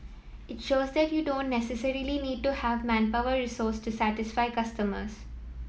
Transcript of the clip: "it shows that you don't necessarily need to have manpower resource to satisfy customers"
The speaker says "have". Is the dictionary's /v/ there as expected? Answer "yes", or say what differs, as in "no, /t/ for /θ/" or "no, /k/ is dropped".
yes